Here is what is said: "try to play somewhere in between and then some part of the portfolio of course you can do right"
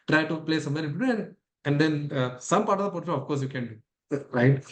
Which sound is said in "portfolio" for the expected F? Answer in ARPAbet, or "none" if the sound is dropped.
none